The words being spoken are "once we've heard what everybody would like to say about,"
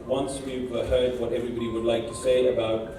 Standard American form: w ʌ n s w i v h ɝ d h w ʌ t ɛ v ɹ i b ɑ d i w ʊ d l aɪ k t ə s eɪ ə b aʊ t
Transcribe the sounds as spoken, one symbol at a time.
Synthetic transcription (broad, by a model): w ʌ n s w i p h ɝ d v w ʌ t ɛ v ɹ i b ɑ d i w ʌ d l aɪ k t ə s eɪ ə b aʊ t